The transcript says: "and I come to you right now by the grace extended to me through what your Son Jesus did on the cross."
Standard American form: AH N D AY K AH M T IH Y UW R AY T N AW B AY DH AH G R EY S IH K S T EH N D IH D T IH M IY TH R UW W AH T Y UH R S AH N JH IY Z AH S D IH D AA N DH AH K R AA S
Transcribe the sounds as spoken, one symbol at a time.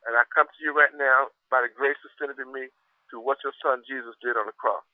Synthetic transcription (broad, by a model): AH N AY K AH M T IH Y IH R AY T N AW B AY DH AH G R EY S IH S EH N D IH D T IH M IY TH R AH W AH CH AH R S AH N JH IY Z AH S D IH D N DH AH K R AA S